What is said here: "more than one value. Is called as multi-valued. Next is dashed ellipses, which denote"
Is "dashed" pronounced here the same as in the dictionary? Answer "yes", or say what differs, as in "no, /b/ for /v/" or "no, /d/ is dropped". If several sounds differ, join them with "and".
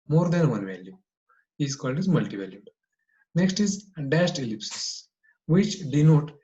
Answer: no, /s/ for /ʃ/